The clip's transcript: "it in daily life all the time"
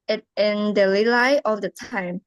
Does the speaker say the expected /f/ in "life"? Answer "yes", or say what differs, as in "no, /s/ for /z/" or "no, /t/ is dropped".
no, /f/ is dropped